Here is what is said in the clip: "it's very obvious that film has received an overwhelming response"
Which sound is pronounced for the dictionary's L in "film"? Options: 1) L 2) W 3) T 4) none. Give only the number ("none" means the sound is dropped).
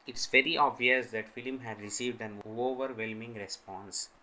1